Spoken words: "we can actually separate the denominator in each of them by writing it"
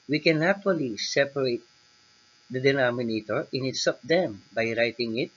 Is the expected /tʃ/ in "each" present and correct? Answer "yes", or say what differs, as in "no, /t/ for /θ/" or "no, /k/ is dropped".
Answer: no, /s/ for /tʃ/